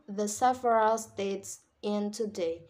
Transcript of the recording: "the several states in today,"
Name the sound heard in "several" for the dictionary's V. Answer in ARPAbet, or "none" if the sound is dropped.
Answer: F